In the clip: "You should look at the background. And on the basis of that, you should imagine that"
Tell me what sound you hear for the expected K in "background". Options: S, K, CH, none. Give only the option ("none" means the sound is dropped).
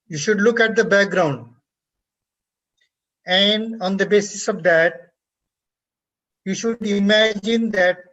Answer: K